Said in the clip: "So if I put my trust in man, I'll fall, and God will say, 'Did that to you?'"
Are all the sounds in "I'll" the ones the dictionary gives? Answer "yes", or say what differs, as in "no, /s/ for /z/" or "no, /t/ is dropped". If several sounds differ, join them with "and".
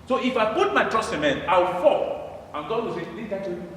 no, /w/ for /l/